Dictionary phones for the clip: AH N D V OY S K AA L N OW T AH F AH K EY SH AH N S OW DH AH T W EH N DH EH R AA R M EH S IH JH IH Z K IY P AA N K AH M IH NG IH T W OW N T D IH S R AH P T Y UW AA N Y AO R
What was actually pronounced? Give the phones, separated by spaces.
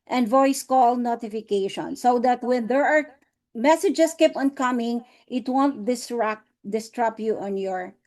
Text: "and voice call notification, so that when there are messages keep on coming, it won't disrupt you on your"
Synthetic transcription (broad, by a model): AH N D V OY S K AA L N OW T AH F AH K EY SH AH N S OW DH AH T W EH N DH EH R AA R M EH S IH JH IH S K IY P AA N K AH M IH NG IH T W OW N T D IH S R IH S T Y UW AA N Y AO R